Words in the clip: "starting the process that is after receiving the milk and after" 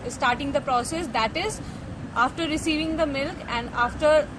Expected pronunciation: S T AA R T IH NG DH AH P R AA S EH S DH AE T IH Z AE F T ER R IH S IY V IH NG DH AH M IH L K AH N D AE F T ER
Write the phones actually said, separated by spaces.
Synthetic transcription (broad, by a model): S T AA R T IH NG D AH P R AA S EH S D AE T IH Z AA F T ER R IH S IY V IH NG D AH M IH L K AH N D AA F T ER